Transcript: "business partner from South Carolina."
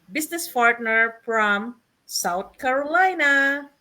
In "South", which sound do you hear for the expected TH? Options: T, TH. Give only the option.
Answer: T